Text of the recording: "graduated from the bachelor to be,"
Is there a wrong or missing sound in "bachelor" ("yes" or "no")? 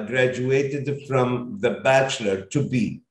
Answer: no